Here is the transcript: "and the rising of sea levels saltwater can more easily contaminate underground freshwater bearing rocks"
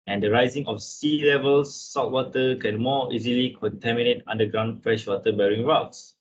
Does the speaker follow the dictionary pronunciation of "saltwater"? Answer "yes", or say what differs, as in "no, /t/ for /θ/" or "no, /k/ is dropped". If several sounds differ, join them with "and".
no, /l/ is dropped